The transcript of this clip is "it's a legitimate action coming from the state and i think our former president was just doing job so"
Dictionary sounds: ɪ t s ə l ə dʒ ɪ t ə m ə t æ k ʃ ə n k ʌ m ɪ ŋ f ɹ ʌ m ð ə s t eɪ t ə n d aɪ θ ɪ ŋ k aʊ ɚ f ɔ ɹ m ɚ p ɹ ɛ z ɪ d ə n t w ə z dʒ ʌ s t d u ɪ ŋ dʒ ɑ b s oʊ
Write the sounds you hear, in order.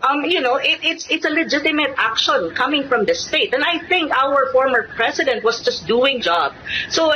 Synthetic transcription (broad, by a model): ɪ t s ə l ə dʒ ɪ t ə m ə t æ k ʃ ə n k ʌ m ɪ ŋ f ɹ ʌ m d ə s t eɪ t ə n d aɪ θ ɪ ŋ k aʊ ɚ f ɔ ɹ m ɚ p ɹ ɛ s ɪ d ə n t w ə s dʒ ʌ s t d u ɪ ŋ dʒ ɑ b s oʊ